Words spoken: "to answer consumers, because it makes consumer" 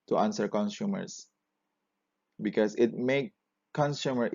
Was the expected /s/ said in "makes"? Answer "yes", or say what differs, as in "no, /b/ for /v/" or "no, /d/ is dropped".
no, /s/ is dropped